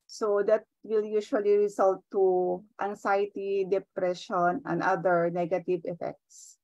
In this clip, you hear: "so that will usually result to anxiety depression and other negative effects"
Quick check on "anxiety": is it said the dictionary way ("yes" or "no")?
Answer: no